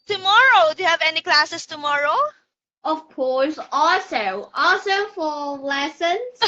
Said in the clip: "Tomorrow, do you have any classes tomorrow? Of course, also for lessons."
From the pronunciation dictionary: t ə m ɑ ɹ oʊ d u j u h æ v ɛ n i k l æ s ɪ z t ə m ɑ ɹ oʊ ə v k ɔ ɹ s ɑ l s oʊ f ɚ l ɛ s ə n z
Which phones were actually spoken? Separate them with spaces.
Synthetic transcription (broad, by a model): t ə m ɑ ɹ oʊ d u j u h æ v ɛ n i k l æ s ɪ s t ə m ɑ ɹ oʊ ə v k ɔ l s ɑ l s oʊ f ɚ l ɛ s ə n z